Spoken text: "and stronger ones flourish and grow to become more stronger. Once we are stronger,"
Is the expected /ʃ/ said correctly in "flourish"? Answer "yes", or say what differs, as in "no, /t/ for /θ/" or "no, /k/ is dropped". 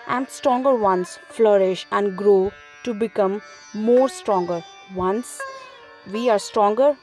yes